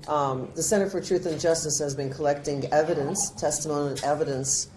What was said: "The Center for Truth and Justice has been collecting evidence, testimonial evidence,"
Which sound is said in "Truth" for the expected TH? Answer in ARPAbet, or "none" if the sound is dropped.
TH